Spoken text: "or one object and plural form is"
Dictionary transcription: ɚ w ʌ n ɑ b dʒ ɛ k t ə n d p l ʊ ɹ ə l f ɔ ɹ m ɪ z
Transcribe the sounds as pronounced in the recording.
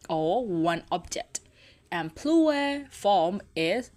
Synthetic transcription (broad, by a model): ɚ w ʌ n ɑ b dʒ ɛ k t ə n p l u ə f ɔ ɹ m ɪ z